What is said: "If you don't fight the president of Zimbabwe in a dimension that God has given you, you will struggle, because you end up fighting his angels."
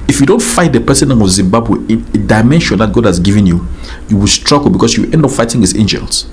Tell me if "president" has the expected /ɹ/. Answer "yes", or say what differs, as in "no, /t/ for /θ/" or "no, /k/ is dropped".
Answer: no, /ɹ/ is dropped